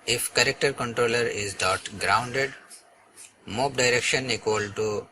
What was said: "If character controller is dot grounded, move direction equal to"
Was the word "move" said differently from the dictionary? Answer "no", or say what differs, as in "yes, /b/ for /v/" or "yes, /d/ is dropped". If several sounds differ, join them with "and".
yes, /p/ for /v/